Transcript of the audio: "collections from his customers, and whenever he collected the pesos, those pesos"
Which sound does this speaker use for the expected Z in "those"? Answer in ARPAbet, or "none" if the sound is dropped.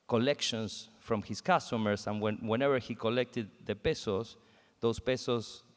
S